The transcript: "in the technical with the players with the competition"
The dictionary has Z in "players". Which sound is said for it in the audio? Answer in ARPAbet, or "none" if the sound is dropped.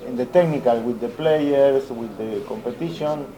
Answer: S